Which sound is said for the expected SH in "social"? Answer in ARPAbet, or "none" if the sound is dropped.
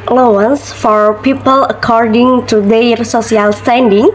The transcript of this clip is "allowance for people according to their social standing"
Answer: S